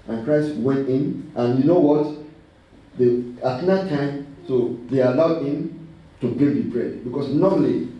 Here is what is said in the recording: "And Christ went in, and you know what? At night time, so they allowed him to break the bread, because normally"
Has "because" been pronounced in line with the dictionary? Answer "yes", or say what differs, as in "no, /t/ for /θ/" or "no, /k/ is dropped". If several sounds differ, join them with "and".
no, /s/ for /z/